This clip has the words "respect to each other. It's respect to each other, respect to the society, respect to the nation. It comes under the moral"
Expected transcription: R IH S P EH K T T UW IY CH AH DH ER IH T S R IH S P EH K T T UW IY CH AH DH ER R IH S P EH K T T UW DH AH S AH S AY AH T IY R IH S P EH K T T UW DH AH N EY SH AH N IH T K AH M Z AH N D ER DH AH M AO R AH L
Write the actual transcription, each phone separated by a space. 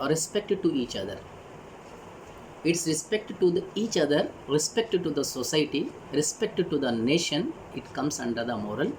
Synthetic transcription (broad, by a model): R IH S P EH K T T UW IY CH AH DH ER IH T S R IH S P EH K T T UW IY CH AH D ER R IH S P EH K T T UW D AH S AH S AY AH T IY R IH S P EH K T T UW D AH N EY SH AH N IH T K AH M S AH N D ER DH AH M AO R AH L